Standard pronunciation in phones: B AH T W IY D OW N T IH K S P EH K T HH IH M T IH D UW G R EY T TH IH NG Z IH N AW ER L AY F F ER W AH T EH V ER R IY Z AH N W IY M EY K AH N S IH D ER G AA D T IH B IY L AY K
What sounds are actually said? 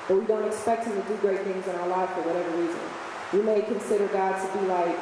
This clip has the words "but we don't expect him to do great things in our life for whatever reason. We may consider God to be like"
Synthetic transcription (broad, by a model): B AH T W IY D OW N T IH K S P EH K T HH IH M T IH D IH G R EY T TH IH NG Z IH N AW ER L AY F F ER W AH T EH V ER R IY Z AH N W IY M EY K AH N S IH D ER G AA D T IH B IY L AY K